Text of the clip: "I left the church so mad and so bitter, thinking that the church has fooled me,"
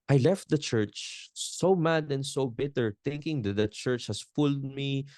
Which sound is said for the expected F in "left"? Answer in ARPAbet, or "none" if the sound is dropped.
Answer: F